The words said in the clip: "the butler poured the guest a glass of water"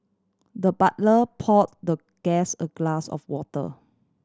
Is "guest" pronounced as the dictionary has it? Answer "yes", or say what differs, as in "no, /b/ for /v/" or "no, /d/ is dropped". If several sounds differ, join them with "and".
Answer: no, /t/ is dropped